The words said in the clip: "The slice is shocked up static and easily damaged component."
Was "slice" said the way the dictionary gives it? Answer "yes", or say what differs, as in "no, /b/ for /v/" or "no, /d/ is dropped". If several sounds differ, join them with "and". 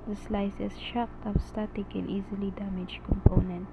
yes